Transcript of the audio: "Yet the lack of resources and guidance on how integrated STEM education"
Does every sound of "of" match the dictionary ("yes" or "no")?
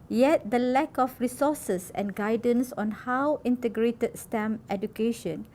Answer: no